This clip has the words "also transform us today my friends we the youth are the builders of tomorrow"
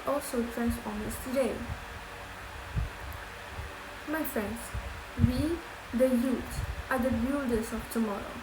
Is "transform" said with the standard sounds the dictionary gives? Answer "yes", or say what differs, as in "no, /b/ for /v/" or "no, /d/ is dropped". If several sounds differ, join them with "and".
no, /f/ is dropped